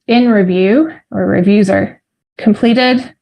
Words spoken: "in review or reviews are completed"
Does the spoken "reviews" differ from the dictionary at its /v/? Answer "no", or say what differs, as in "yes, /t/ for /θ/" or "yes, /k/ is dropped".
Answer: no